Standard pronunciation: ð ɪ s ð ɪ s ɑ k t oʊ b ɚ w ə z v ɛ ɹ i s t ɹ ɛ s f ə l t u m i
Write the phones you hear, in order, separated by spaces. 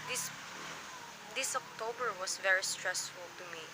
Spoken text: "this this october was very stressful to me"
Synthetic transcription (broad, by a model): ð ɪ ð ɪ s ɑ k t oʊ b ɚ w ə s v ɛ ɹ i s t ɹ ɛ s f ə l t u m i